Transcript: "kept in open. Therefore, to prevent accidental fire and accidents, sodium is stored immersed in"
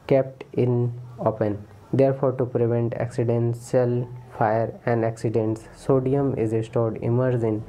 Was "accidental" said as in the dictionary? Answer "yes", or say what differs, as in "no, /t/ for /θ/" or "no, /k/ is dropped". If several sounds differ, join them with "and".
no, /s/ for /t/